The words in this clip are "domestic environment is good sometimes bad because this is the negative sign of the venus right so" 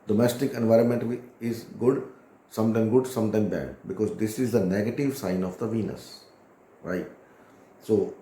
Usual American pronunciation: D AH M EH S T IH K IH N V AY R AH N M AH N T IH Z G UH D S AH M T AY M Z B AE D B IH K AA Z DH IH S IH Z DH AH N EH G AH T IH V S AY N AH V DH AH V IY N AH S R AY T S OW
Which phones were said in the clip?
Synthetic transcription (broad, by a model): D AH M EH S T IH K IH N V AY R AH N M AH N T IH Z G UH D S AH M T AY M S B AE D B IH K AA Z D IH S IH Z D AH N EH G AH T IH V S AY N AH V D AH V IY N AH S R AY T S OW